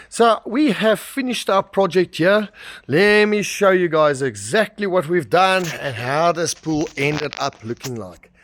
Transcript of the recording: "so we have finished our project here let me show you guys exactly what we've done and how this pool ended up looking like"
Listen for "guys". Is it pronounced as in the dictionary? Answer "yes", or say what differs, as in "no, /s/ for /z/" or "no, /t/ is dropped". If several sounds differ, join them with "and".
yes